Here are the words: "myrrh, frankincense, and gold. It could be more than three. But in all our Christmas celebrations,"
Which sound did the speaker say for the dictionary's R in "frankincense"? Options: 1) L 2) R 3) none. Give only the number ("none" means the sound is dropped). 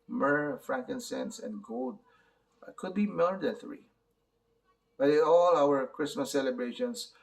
2